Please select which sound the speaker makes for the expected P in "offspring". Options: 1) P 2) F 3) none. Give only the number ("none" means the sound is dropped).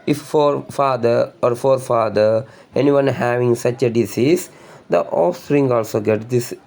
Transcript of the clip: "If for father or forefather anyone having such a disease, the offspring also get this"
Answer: 3